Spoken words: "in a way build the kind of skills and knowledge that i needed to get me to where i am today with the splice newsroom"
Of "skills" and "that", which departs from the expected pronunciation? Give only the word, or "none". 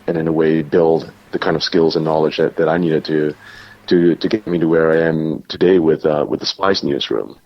none